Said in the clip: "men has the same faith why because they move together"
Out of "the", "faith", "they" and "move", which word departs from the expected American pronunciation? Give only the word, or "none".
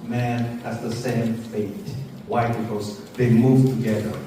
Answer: faith